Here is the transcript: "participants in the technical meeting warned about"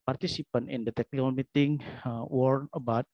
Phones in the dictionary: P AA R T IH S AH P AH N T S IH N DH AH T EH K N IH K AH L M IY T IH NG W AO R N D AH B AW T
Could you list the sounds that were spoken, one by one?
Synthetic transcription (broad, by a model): P AA R T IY S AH P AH N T IH N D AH T EH K N IH K AH L M IY T IH NG W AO R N AH B AW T